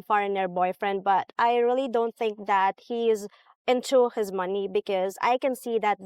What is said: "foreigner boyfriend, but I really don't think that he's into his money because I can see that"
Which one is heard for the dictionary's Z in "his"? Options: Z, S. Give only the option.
Z